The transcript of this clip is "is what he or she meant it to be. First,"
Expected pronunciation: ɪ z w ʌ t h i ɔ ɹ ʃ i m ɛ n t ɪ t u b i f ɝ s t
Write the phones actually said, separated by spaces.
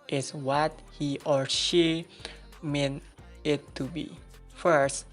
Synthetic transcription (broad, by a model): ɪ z w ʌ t h i ɔ ɹ ʃ i m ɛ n ɪ t u b i f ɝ s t